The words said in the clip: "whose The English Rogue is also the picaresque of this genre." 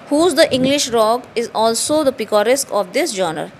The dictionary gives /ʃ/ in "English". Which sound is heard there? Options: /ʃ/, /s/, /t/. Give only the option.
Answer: /ʃ/